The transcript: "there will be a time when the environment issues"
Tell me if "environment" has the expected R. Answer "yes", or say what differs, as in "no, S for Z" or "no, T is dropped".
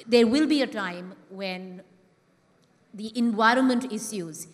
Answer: yes